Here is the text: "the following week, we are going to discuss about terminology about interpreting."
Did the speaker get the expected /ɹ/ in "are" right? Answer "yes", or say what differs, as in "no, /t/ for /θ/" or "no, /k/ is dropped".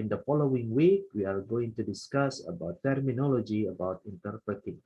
no, /l/ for /ɹ/